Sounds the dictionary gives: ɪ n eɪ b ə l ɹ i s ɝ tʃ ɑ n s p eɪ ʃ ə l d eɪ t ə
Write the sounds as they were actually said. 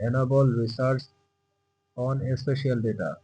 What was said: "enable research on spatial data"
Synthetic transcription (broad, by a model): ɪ n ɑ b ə l ɹ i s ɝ s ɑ n s p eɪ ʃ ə l d eɪ t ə